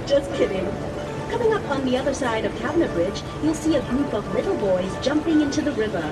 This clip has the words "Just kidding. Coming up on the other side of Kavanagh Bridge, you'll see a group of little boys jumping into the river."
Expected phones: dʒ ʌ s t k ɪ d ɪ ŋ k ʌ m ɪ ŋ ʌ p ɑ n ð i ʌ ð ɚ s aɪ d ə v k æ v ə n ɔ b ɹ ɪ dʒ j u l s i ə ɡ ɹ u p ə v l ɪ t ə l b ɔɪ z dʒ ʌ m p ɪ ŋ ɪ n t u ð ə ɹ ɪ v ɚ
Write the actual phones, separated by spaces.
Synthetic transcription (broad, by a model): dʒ ʌ s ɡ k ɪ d ɪ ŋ k ʌ m ɪ ŋ ʌ p n ð i ʌ ð ɚ s aɪ d ə v k æ b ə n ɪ b ɹ ɪ dʒ j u l s i ə ɡ ɹ u p ə v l ɪ t l b ɔɪ z dʒ ʌ m p ɪ ŋ ɪ n t u ð ə ɹ ɪ v ɚ